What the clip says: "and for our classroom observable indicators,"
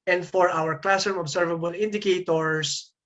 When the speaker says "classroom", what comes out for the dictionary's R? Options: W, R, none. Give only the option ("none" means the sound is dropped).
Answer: none